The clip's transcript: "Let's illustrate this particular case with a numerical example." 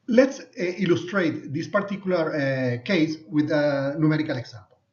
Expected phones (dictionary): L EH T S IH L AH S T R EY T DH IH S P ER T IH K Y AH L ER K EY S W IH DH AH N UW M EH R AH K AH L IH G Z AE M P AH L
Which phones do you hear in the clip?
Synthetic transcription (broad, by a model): L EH T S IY L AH S T R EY T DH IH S P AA T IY K Y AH L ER K EY S W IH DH AH N UW M EH R AH K AH L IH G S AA M P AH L